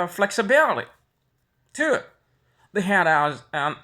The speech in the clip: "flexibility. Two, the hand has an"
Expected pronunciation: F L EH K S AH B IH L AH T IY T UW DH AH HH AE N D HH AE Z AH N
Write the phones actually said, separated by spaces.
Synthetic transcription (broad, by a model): F L EH K S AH B IH L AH T IY T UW DH AH HH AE D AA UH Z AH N